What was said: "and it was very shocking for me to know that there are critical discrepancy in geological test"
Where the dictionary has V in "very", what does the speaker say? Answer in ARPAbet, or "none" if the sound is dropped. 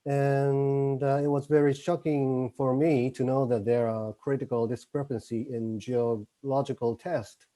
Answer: V